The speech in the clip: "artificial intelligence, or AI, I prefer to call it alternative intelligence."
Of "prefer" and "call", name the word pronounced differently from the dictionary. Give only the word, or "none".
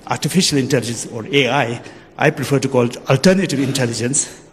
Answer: prefer